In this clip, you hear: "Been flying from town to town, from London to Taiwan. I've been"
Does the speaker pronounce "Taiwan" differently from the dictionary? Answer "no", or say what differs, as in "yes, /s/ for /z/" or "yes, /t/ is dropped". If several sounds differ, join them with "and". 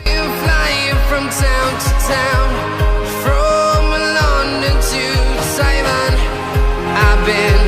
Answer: yes, /s/ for /t/